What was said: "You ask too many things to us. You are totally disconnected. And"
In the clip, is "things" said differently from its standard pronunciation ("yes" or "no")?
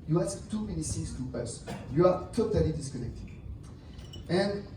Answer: yes